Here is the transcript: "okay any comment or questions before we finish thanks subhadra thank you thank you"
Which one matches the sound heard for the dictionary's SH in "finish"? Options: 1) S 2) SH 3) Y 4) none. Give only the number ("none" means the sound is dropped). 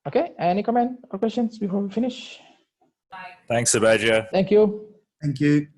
2